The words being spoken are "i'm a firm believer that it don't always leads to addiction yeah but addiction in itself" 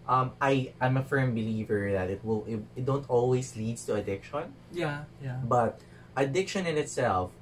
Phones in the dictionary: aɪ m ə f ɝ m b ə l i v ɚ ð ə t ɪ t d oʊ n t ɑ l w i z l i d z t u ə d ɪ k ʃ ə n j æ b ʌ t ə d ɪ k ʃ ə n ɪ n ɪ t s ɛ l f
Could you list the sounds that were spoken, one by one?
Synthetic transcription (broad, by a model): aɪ m ə f ɝ m b ə l i v ɚ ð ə t ɪ t d oʊ n t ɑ l w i s l i d s t u ə d ɪ k ʃ ə n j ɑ b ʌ t ə d ɪ k ʃ ə n ɪ n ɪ t s ɛ l f